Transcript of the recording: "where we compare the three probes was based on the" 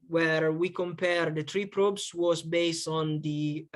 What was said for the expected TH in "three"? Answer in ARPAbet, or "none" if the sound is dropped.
T